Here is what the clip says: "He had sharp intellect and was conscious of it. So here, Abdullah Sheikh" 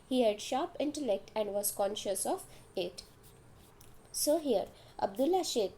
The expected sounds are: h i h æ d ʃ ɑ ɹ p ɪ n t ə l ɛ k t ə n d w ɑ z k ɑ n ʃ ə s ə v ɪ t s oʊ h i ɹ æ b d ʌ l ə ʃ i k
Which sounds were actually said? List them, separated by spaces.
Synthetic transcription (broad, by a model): h i h æ d ʃ ɑ ɹ p ɪ n t ə l ɛ k t ə n d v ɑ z k ɑ n ʃ ə s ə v ɪ t s oʊ h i ɹ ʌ b d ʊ l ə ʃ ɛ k